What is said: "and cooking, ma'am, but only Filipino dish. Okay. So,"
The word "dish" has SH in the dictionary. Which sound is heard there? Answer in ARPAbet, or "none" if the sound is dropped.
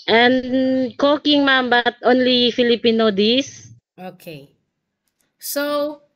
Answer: S